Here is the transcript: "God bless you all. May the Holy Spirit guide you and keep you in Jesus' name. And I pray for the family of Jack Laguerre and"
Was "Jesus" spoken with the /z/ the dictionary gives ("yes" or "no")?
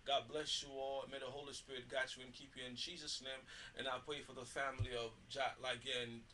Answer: yes